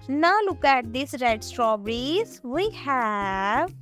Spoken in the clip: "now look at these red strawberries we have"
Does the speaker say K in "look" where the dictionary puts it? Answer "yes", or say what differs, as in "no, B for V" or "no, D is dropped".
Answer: yes